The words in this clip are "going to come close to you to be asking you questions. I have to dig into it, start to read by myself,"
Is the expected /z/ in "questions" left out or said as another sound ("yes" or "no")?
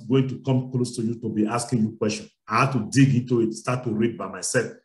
yes